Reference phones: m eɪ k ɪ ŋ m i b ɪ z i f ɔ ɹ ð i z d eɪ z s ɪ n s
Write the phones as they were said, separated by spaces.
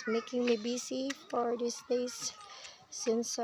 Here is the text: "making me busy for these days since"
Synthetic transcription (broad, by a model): m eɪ k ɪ ŋ m i b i s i f ɔ ɹ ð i s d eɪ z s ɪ n s